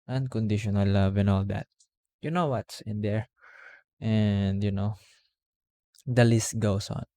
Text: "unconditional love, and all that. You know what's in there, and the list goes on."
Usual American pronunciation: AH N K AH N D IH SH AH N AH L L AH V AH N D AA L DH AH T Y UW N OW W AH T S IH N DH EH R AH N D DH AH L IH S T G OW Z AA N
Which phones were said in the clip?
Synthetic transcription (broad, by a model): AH N K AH N D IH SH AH N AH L L AH V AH N AA L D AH T Y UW N OW W AH T S IH N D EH R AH N D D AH L IH S T G OW S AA N